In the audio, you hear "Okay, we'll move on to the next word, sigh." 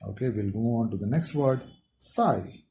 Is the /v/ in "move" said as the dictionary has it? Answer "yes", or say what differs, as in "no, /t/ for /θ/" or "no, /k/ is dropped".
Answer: no, /v/ is dropped